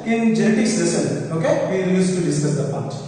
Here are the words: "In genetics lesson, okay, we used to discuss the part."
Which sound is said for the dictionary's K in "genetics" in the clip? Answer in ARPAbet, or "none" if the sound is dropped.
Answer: none